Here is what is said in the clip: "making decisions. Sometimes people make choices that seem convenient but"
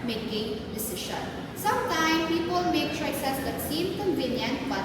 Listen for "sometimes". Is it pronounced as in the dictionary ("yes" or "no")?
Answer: no